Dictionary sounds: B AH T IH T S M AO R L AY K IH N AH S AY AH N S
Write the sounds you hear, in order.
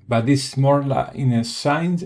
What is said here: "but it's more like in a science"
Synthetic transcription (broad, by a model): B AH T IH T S M AO R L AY IH N AH S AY N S